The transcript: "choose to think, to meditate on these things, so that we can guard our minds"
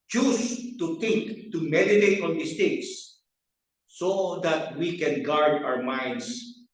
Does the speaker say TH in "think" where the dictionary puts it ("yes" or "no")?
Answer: no